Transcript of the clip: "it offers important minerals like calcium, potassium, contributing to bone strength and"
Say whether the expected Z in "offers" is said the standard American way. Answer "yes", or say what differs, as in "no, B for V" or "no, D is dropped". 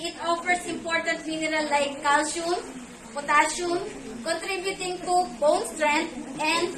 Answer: no, S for Z